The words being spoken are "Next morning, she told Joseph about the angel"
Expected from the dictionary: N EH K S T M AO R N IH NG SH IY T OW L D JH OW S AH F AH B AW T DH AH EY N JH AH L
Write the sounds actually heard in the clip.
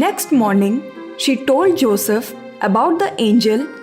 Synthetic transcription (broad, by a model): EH K S T M AO R N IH NG SH IY T OW L D JH OW S AH F AH B AW T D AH EY N JH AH L